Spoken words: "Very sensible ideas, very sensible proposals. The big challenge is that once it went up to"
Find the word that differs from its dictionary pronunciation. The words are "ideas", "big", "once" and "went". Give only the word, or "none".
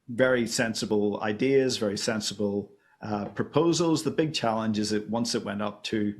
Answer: none